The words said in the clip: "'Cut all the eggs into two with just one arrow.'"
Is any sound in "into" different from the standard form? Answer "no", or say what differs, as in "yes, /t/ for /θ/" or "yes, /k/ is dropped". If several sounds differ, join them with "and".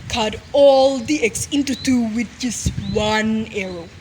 no